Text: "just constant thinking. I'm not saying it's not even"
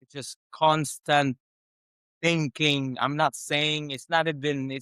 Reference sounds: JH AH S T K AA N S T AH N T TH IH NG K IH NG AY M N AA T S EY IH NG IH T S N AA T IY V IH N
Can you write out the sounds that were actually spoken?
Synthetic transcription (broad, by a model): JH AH S K AA N S T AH N TH IH NG K IH NG AY M N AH T S EY IH NG IH T S N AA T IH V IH N